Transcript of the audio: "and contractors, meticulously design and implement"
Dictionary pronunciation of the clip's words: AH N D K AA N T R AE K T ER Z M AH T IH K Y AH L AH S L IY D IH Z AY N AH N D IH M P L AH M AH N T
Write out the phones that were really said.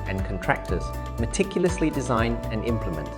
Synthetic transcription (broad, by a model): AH N K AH N T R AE K T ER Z M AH T IH K Y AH L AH S L IY D IH Z AY N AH N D IH M P L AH M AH N T